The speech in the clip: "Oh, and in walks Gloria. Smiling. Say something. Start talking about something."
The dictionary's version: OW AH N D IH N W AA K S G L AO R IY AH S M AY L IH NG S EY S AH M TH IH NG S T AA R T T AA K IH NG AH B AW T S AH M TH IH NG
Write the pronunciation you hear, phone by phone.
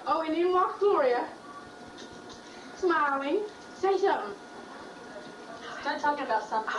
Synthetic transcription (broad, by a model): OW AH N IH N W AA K G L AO R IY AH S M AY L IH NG S EY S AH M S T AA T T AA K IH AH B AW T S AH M